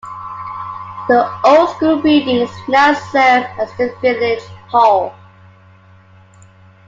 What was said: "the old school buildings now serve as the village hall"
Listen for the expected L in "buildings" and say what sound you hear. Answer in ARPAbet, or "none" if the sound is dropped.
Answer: none